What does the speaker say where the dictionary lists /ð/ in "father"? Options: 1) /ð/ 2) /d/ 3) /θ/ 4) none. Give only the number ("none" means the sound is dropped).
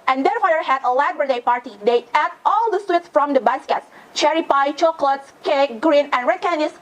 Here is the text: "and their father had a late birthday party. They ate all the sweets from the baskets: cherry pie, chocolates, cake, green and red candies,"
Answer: 4